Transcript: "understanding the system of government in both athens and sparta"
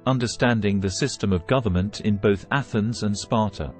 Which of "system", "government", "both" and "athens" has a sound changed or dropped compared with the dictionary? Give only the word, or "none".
none